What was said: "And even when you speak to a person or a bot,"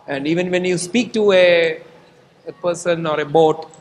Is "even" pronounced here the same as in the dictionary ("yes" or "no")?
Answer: yes